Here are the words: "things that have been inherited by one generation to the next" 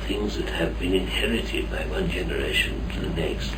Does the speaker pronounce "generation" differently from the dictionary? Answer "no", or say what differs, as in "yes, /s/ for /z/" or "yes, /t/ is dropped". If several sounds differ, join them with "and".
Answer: no